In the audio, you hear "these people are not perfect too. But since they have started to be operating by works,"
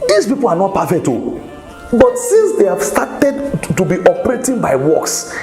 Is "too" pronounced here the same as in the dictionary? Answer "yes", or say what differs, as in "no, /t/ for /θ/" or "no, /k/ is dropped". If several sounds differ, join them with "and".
yes